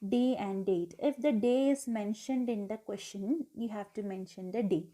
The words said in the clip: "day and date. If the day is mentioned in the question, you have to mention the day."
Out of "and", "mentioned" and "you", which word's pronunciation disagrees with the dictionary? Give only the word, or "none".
none